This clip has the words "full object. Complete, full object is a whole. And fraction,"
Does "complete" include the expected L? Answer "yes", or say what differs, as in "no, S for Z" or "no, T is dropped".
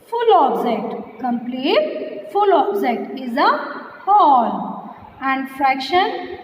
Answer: yes